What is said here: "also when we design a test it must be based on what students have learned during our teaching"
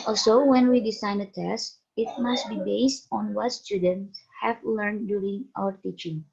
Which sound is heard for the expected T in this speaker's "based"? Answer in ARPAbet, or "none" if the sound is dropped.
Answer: T